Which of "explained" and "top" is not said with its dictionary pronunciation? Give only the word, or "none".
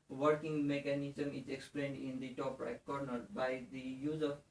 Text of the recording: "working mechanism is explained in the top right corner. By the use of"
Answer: none